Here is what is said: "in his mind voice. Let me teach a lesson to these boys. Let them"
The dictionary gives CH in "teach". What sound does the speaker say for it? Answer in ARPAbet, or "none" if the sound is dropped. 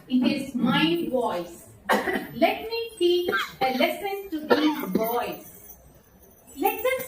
none